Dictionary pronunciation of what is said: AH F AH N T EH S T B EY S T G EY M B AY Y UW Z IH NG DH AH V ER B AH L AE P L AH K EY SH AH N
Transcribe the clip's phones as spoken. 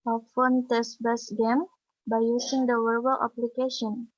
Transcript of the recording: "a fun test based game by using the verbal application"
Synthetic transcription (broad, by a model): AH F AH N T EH S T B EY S G EY M B AY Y UW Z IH NG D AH W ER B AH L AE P L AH K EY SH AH N